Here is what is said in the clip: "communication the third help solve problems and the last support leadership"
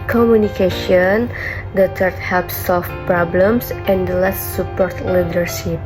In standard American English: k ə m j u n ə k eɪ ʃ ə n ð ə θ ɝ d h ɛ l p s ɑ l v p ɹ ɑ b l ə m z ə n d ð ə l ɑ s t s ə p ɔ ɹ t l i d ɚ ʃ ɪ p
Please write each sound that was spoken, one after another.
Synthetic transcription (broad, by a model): k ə m j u n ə k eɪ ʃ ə n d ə t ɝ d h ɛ p s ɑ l f p ɹ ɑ b l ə m s ə n d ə l ɑ s t s ə p ɔ ɹ t l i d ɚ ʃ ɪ p